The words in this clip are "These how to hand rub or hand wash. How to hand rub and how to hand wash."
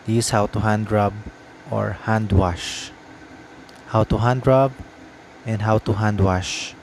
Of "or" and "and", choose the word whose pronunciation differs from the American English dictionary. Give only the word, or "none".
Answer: none